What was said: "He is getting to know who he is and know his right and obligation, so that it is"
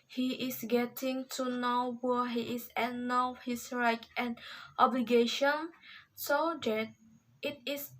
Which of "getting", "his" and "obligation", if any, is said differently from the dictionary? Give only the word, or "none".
his